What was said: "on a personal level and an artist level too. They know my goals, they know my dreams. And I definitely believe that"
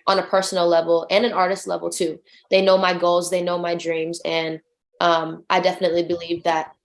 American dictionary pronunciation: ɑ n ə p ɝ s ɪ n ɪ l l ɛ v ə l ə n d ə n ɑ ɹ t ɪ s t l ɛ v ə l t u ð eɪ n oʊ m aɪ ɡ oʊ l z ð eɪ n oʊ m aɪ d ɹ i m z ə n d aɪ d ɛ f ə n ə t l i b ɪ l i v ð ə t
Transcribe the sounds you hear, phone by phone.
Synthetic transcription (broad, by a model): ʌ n ə p ɝ s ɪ n l l ɛ v l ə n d ə n ɑ ɹ t ɪ s t l ɛ v l t u ð eɪ n oʊ m aɪ ɡ oʊ l z ð eɪ n oʊ m aɪ d ɹ i m z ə n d aɪ d ɛ f ə n ə t l i b ɪ l i v ð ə t